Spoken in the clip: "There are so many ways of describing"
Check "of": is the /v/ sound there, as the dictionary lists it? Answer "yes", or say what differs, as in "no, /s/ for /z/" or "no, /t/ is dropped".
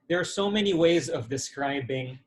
yes